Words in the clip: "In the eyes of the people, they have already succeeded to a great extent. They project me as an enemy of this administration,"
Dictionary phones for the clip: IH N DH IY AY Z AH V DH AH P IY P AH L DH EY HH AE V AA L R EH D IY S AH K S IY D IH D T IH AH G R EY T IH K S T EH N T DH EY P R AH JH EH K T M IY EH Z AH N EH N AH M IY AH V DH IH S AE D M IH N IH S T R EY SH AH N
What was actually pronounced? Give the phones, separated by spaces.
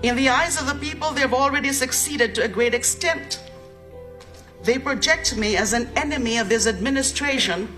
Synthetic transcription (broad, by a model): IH N DH IY AY Z AH V DH AH P IY P AH L DH EY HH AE V AA L R EH D IY S AH K S IY D IH D T IH AH G R EY T IH K S T EH N T DH EY P R AH JH EH K T M IY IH Z AH N EH N AH M IY AH V DH IH S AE D M IH N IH S T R EY SH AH N